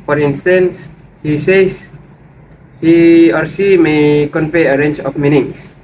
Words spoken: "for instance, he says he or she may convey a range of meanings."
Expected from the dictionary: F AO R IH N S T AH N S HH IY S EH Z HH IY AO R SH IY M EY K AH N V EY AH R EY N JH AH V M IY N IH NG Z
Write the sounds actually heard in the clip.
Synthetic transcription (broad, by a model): F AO R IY N S T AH N S HH IY S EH S HH IY AO R S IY M EY K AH N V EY AH R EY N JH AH F M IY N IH NG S